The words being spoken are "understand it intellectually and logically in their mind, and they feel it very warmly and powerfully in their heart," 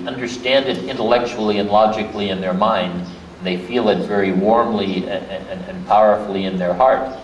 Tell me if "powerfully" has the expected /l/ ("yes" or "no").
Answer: yes